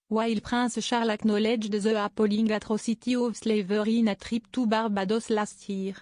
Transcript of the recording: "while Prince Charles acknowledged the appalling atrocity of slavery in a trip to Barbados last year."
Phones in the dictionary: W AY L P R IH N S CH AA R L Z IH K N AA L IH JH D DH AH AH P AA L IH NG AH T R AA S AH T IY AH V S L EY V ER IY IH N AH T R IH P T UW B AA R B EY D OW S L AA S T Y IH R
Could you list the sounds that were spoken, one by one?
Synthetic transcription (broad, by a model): W AY L P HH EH S SH AA R L IH K N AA L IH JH D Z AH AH P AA L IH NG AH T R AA S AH T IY AH V S L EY V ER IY IH N AH T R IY P T UW B AA R B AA D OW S L AA S T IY R